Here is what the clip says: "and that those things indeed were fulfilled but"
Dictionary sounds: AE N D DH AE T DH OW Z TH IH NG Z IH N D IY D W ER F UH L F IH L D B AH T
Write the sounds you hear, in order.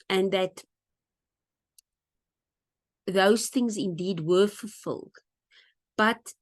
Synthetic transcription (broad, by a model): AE N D DH AE T DH OW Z TH IH NG Z IH N D IY D W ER F UH L F IH L D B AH T